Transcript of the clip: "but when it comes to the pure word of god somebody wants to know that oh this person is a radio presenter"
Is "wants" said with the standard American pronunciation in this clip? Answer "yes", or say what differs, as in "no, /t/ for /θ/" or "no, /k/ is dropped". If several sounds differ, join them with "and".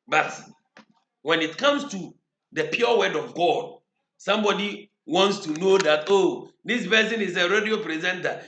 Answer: yes